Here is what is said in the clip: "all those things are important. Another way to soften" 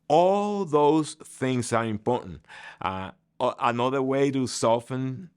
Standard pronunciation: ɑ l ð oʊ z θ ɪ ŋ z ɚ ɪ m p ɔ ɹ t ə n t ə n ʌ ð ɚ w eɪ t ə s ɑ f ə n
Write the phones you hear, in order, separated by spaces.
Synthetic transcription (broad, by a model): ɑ l ð oʊ z θ ɪ ŋ z ɚ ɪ m p ɔ ɹ t n t ə n ʌ ð ɚ w eɪ t ə s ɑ f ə n